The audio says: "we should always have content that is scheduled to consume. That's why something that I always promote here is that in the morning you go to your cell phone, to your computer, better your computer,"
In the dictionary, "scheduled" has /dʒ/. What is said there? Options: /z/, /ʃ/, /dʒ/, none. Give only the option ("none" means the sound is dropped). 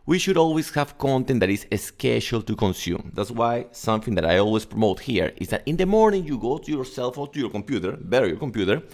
/ʃ/